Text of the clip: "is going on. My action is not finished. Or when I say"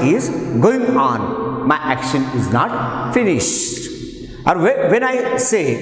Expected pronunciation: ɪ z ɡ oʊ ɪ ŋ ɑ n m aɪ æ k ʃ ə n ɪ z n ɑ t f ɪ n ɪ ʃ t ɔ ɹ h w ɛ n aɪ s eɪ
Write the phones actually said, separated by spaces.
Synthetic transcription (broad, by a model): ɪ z ɡ oʊ ɪ ŋ ɑ n m aɪ æ k ʃ ə n ɪ z n ɑ t f ɪ n ɪ ʃ t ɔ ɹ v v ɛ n aɪ s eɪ